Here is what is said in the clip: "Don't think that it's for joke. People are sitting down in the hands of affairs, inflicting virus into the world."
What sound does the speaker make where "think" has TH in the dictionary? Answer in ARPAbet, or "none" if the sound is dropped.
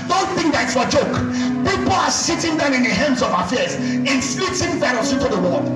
TH